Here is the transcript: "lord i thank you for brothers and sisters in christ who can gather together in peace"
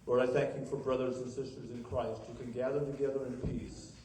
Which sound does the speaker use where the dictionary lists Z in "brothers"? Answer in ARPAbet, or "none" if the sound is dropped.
Z